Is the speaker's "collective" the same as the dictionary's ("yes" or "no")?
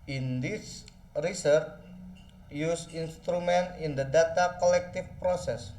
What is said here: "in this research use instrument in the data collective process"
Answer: no